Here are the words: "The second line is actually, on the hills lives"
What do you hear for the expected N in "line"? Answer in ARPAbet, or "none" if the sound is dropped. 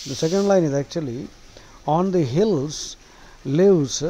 N